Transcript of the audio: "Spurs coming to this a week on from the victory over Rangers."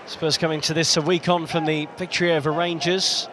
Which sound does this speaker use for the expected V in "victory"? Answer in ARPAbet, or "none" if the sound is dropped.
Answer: P